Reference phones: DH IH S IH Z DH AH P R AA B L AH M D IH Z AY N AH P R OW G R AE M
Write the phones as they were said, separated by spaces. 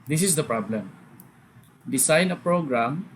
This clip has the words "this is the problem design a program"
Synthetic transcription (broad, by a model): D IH S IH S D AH P R AA B L AH M D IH S AY N AH P R OW G R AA M